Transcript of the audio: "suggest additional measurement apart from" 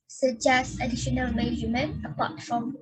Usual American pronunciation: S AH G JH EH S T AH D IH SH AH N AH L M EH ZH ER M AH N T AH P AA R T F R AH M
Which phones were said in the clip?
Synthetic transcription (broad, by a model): S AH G JH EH S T AH D IH SH AH N AH L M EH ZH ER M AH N AH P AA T F R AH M